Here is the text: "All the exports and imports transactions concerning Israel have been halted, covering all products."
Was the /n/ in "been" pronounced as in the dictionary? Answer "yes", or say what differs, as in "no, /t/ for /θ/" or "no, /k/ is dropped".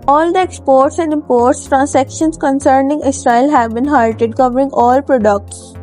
yes